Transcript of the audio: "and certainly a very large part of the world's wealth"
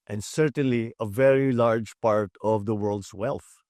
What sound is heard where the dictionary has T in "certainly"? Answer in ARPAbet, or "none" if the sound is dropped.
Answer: T